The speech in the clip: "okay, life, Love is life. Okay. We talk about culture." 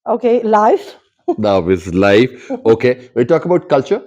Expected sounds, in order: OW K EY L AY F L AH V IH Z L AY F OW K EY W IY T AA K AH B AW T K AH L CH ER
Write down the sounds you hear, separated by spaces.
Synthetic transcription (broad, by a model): OW K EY L AY F N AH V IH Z L AY F OW K EY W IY T AA K AH B AW T K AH L CH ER